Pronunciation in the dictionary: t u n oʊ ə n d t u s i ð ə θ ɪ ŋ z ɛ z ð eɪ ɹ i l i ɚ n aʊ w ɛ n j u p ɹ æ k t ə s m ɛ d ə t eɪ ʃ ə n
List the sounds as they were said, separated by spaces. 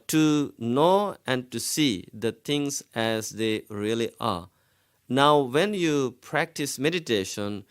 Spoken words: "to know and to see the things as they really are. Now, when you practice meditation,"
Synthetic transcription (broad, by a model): t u n oʊ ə n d t u s i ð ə t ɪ ŋ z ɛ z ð eɪ ɹ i l i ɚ n aʊ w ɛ n j u p ɹ æ k t ə s m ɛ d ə t eɪ ʃ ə n